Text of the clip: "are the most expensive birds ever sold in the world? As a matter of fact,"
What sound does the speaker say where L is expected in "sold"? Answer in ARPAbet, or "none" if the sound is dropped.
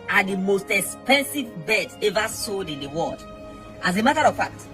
none